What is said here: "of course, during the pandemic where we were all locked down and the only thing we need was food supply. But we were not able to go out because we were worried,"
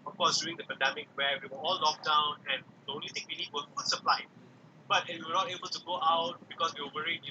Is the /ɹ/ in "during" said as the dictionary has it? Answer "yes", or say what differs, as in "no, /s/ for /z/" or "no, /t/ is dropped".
no, /ɹ/ is dropped